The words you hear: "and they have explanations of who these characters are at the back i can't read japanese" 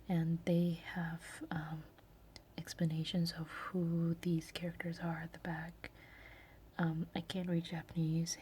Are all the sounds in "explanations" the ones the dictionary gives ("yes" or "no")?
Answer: yes